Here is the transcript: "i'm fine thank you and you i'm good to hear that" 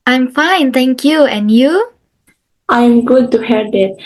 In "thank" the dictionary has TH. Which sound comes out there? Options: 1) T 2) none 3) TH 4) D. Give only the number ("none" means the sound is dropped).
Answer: 1